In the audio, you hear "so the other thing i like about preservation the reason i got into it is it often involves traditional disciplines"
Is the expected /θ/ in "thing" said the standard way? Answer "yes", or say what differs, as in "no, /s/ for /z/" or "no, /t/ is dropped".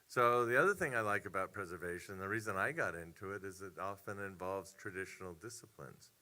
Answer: yes